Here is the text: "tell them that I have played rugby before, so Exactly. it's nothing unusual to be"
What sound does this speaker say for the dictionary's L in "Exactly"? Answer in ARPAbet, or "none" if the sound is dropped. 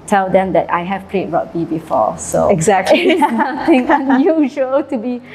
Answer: none